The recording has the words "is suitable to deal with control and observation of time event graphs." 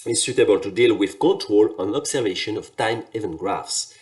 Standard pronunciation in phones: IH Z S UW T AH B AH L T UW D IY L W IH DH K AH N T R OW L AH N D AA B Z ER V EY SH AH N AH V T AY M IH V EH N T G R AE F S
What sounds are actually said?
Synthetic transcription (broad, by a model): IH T S UW T AH B AH L T UW D IY L W IH DH K AH N T R OW L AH N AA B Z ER V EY SH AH N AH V T AY M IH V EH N G R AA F S